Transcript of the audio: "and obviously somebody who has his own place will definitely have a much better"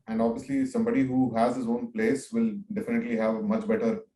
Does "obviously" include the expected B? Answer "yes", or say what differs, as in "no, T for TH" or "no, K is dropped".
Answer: yes